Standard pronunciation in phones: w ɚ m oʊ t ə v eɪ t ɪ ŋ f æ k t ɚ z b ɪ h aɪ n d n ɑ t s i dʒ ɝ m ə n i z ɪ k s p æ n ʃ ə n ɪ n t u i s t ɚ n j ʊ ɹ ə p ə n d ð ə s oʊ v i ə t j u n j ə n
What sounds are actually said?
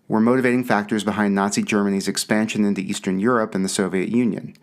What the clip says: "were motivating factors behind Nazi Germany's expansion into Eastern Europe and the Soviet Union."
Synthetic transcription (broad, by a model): w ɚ m oʊ t ə v eɪ t ɪ ŋ f æ k t ɚ z b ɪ h aɪ n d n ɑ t s i dʒ ɝ m ə n i z ɪ k s p æ n ʃ ə n ɪ n t u i s t ɚ n j ʊ ɹ ə p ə n ð ə s oʊ v i ə t j u n j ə n